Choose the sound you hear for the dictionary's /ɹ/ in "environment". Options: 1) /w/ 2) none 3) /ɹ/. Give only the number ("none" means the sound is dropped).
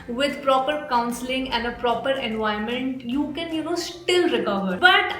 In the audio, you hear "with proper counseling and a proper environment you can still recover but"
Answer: 2